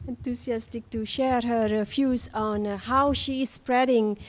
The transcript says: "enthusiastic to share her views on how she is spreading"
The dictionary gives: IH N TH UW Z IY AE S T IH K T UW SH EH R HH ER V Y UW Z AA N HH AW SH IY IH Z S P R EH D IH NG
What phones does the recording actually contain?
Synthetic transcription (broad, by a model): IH N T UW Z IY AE S T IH K T UW SH EH R HH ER F Y UW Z AA N HH AW SH IY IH S P R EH D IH NG